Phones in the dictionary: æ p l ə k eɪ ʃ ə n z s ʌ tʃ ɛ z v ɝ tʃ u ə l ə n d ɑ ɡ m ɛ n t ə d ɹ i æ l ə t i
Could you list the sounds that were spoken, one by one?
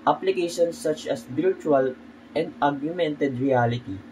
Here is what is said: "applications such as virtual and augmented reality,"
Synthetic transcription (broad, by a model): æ p l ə k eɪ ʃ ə n s ʌ tʃ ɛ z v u tʃ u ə l ə n d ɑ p m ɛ n t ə d ɹ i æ l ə t i